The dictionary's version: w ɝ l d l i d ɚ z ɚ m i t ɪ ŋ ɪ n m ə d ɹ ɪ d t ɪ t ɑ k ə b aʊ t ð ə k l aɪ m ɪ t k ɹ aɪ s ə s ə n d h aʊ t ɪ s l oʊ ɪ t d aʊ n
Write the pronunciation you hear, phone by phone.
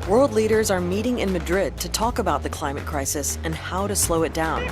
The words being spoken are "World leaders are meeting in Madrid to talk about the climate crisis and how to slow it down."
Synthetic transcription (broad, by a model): w ɝ l d l i d ɚ z ɚ m i t ɪ ŋ ɪ n m ə d ɹ ɪ d t ɪ t ɑ k ə b aʊ t ð ə k l aɪ m ɪ t k ɹ aɪ s ə s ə n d h aʊ t ɪ s l oʊ ɪ t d aʊ n